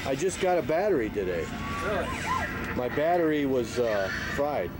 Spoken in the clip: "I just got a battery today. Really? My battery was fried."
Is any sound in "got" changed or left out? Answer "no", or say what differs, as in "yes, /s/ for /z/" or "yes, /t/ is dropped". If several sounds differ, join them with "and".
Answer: no